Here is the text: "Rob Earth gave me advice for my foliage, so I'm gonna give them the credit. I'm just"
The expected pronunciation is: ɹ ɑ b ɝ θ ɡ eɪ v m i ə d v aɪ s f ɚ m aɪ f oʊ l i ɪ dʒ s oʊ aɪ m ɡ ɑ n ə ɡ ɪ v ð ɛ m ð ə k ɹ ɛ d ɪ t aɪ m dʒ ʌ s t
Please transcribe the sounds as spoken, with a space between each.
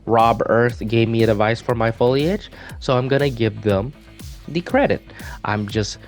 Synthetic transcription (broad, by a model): ɹ ɑ b ɝ θ ɡ eɪ v m i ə d v aɪ s f ɚ m aɪ f oʊ l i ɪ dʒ s oʊ aɪ m ɡ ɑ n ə ɡ ɪ v ð ɛ m ð ə k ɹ ɛ d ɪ t aɪ m dʒ ʌ s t